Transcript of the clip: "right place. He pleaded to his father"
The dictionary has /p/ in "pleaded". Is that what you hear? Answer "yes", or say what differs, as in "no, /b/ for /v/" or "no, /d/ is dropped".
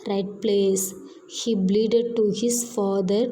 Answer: no, /b/ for /p/